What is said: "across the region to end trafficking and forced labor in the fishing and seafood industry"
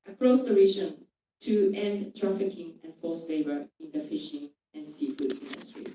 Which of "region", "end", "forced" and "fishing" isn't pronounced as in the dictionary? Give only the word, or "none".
forced